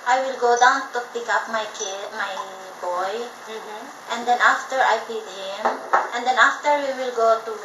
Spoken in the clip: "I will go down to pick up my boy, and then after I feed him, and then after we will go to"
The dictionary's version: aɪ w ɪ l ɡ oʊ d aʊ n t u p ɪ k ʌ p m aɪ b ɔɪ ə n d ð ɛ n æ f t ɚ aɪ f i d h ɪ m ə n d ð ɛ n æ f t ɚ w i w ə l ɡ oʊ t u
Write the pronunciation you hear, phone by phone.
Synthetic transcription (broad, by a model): aɪ w ɪ l ɡ oʊ d aʊ n t u p ɪ k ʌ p m aɪ b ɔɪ ə n d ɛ n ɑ f t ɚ aɪ p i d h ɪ m ə n d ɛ n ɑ f t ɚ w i w ə l ɡ oʊ t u